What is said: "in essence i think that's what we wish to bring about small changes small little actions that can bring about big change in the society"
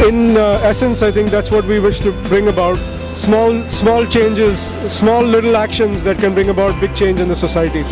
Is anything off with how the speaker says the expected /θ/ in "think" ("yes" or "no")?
yes